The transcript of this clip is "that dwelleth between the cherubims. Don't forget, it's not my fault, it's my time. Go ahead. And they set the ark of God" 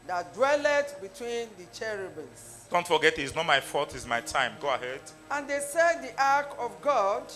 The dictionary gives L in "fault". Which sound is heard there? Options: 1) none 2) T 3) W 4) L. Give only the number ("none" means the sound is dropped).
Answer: 1